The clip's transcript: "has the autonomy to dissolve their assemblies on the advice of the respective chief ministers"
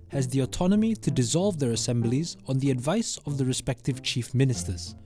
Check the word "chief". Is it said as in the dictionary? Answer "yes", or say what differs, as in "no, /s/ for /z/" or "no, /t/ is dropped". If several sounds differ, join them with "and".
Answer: yes